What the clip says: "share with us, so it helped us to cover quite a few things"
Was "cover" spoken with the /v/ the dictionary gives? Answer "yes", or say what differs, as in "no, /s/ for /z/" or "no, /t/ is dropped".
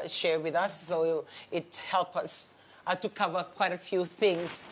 yes